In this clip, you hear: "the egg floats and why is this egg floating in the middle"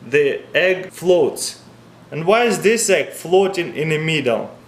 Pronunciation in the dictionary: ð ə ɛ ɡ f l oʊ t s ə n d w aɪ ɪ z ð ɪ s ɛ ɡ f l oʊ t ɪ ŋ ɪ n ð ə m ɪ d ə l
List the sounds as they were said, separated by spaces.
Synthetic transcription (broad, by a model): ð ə ɛ ɡ f l oʊ t s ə n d w aɪ ɪ z ð ɪ s ɛ ɡ f l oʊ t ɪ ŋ ɪ n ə m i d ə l